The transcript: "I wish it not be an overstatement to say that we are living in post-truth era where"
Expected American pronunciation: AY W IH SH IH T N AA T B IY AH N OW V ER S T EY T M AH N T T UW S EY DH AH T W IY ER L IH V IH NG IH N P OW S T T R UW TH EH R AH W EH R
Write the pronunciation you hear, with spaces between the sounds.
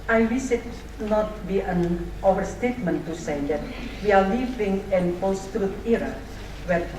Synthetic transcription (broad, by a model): AY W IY S IH T N AA T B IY AH N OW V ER S T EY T M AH N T T UW S EY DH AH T W IY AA L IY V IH NG IH N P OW S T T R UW T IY R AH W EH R